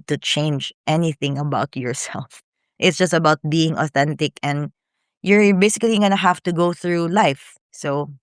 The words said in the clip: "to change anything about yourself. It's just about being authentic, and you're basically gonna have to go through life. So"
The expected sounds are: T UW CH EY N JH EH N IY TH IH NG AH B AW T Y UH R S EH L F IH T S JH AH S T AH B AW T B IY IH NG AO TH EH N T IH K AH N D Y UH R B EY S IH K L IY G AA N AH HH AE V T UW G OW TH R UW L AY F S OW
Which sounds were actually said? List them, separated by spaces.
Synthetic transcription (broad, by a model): T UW CH EY N JH EH N IY TH IH NG AH B AW T Y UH R S EH L F IH T S JH AH S T AH B AW T B IY IH NG AO TH EH N T IH K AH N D Y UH R B EY S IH K L IY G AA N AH HH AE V T UW G OW TH R UW L AY F S OW